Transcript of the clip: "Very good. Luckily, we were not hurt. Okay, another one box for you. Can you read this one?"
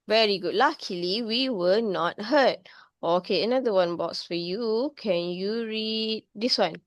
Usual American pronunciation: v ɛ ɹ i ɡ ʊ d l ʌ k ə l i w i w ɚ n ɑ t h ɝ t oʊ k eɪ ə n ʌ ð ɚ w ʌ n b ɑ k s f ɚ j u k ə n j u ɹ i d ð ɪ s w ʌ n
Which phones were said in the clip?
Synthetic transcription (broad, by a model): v ɛ ɹ i ɡ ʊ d l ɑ k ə l i w i w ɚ n ɑ t h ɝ t oʊ k eɪ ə n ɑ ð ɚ w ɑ n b ɑ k s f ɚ j u k ə n j u ɹ i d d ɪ s w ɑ n